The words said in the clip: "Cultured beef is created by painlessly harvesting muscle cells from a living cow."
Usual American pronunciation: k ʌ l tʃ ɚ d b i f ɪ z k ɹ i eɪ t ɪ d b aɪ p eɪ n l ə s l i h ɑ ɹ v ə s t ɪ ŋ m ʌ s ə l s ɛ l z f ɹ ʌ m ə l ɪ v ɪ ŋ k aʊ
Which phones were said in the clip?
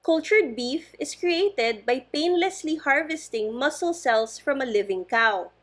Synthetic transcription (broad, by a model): k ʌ l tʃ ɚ d b i f ɪ s k ɹ i eɪ t ɪ d b aɪ p eɪ n l ə s l i h ɑ ɹ v ə s t ɪ ŋ m ʌ s ə l s ɛ l s f ɹ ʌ m ə l ɪ v ɪ ŋ k aʊ